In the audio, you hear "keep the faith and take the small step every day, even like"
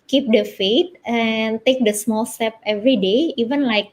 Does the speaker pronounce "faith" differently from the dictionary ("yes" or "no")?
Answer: yes